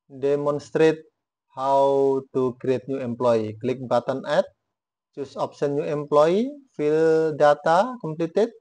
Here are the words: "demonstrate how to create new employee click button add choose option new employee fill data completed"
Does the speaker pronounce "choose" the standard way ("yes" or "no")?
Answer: no